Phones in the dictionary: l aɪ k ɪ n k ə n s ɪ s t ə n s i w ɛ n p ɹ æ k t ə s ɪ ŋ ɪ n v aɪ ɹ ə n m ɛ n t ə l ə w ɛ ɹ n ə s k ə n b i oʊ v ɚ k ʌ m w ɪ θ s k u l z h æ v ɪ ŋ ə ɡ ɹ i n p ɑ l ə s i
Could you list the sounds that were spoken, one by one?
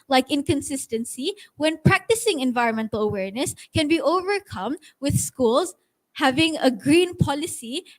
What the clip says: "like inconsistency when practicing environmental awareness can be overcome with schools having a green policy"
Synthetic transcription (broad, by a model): l aɪ k ɪ n k ə n s ɪ s t ə n s i w ɛ n p ɹ æ k t ə s ɪ ŋ ɪ n v aɪ ɹ ə n m ɛ n t ə l ə w ɛ ɹ n ə s k ə n b i oʊ v ɚ k ʌ m w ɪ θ s k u l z h æ v ɪ ŋ ə ɡ ɹ i n p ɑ l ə s i